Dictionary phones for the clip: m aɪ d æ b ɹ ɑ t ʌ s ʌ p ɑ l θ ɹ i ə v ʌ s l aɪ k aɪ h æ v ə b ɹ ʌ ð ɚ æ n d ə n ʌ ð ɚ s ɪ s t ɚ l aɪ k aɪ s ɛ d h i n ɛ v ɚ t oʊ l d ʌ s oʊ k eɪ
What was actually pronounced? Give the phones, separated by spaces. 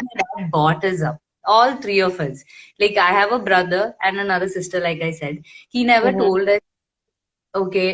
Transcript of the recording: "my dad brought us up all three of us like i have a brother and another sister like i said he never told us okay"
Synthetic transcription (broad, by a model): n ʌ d b ɑ t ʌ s ʌ p ɑ l t ɹ i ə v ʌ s l aɪ k aɪ h æ v ə b ɹ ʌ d ɚ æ n d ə n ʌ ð ɚ s ɪ s t ɚ l aɪ k aɪ s ɛ d h i n ɛ v ɚ t oʊ l d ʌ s oʊ k eɪ